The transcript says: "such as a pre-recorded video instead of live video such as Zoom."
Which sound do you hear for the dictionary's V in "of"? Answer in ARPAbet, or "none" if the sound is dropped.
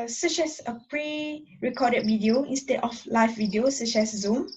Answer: F